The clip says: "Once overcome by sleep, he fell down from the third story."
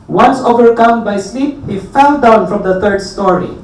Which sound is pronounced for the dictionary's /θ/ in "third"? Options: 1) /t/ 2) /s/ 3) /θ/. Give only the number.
1